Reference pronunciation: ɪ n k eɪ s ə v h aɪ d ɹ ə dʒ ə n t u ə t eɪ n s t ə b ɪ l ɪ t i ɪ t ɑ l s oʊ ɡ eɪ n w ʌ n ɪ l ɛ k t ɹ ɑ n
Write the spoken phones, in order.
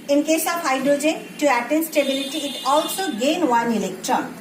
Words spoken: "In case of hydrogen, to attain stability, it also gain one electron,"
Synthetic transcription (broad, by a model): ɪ n k eɪ s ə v h aɪ d ɹ ə dʒ ə n t u ə t eɪ n s t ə b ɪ l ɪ t i ɪ t ɑ l s oʊ ɡ eɪ n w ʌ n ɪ l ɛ k t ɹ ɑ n